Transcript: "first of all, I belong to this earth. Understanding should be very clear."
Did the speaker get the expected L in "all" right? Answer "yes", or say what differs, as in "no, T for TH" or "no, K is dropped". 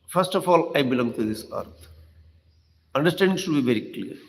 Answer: yes